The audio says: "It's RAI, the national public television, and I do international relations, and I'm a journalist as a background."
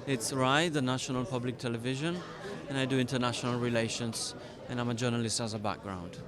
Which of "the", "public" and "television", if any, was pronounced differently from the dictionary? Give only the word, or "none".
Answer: none